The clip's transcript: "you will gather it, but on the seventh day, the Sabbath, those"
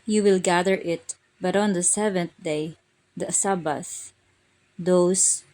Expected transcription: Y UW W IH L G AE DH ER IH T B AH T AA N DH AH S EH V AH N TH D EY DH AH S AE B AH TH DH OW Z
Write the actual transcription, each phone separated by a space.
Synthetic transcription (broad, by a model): Y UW W IH L G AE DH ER IH T B AH T AA N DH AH S EH V AH N TH D EY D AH S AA B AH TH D OW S